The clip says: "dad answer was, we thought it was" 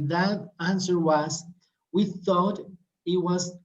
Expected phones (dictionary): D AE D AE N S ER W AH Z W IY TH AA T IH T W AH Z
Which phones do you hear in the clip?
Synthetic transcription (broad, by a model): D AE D AE N S ER W AH Z W IY TH AA T IH T W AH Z